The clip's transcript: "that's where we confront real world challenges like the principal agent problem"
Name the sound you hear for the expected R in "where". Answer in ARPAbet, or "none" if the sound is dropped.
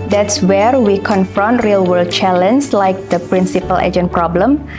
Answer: R